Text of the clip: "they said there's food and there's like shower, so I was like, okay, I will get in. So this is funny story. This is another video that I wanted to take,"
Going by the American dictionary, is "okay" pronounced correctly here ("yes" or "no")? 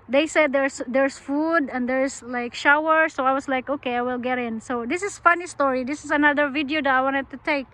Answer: yes